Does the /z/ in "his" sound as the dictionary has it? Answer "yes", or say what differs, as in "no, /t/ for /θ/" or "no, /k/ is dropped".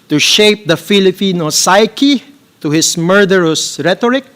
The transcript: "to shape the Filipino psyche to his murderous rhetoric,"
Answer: no, /s/ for /z/